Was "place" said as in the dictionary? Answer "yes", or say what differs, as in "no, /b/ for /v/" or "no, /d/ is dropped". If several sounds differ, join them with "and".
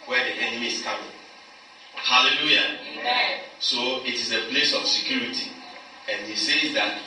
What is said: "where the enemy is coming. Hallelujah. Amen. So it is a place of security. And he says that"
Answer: yes